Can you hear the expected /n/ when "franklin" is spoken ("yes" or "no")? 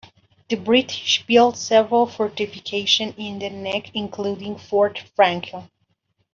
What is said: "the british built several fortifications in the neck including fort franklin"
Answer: no